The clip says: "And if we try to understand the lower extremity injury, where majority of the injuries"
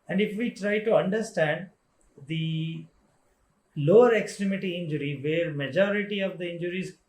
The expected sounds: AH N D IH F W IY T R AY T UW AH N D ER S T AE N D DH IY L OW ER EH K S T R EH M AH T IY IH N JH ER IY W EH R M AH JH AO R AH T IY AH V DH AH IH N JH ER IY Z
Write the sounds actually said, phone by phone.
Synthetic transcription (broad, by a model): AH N D IH F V IY T R AY T UW AH N D ER S T AE N D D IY L OW ER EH K S T R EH M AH T IY IH N JH ER IY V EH R M AH JH AO R AH T IY AH V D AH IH N JH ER IY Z